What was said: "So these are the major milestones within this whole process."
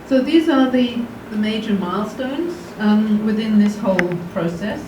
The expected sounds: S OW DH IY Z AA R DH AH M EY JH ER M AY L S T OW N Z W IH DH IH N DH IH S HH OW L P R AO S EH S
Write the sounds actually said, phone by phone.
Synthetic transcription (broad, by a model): S OW DH IY Z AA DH DH AH M EY JH ER M AY L S T OW N Z W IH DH IH N DH IH S HH OW L P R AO S EH S